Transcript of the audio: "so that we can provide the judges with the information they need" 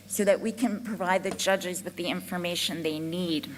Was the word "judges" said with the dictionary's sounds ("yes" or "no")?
yes